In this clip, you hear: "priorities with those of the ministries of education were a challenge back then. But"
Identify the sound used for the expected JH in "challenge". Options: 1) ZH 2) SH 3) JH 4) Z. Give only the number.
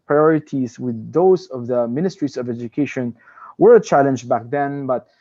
3